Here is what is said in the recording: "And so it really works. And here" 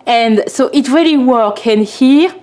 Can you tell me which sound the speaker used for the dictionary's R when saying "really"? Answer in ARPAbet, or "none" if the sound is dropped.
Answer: R